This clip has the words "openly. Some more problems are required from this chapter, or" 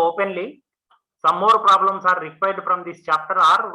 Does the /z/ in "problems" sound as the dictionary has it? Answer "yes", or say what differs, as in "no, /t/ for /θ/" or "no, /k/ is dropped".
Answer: no, /s/ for /z/